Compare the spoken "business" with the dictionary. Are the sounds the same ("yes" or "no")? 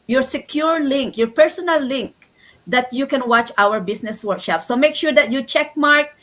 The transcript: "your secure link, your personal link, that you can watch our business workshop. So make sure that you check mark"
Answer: no